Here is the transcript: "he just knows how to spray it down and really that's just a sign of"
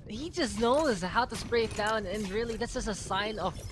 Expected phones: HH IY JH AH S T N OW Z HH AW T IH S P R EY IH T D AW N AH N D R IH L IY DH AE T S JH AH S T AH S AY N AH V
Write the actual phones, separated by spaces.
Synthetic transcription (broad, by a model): HH IY JH AH S T N OW Z HH AW T IH S P R EY IH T D AW N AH N R IH L IY DH AE T S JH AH S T AH S AY N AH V